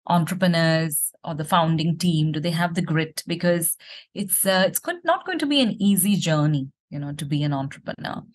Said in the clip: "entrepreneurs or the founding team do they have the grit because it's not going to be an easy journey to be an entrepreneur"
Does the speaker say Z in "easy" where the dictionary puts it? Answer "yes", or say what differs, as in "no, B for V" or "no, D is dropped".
yes